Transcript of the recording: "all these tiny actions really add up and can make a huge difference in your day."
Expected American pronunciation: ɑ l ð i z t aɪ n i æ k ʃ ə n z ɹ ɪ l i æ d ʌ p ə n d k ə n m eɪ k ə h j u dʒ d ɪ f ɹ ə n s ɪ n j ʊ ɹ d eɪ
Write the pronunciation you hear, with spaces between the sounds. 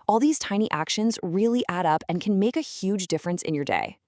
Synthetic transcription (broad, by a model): ɑ l ð i z t aɪ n i æ k ʃ ə n z ɹ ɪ l i æ d ʌ p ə n k ə n m eɪ k ə h j u dʒ d ɪ f ɹ ə n s ɪ n j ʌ ɹ d eɪ